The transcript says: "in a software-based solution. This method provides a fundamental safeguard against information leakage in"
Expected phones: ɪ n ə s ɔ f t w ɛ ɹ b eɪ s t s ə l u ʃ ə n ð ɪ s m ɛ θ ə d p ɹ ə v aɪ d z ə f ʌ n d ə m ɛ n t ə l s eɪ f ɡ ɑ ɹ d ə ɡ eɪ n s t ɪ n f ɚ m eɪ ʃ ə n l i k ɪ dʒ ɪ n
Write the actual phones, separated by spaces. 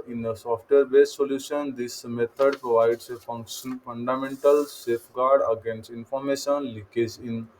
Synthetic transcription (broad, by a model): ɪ n ə s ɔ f t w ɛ ɹ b eɪ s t s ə l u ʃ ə n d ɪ s m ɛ t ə d p ɹ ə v aɪ d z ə f ʌ n d ə m ɛ n t ə l s eɪ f ɡ ɑ ɹ d ə ɡ eɪ n s t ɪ n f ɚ m eɪ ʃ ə n l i k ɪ z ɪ n